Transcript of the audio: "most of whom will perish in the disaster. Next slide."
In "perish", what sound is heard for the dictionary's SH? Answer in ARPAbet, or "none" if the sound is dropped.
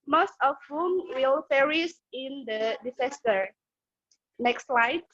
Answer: S